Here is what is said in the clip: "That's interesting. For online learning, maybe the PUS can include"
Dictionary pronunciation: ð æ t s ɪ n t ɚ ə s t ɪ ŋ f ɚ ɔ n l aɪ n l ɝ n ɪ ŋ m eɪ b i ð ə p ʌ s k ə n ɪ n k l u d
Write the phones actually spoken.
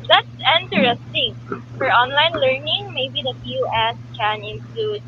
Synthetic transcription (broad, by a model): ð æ t s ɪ n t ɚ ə s t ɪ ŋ f ɚ ɔ n l aɪ n l ɝ n ɪ ŋ m eɪ b i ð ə f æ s k ə n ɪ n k l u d